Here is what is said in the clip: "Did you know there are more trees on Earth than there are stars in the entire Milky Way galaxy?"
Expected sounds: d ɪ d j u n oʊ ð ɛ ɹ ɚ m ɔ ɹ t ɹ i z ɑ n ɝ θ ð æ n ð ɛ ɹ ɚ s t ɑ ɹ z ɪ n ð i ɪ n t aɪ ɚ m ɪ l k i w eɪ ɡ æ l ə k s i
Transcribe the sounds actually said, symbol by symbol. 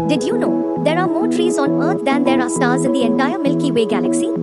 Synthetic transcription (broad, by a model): d ɪ d j u n oʊ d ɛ ɹ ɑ m ɔ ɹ t ɹ i z ɑ n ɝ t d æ n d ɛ ɹ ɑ s t ɑ ɹ z ɪ n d i ɪ n t aɪ ɚ m ɪ l k i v eɪ ɡ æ l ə k s i